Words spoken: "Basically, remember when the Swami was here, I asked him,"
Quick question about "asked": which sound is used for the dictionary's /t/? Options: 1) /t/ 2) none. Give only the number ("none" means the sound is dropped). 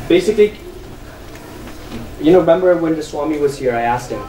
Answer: 1